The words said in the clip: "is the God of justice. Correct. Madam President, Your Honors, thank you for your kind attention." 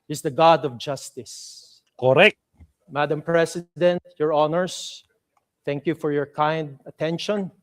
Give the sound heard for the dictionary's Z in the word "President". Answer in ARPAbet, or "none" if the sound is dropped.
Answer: S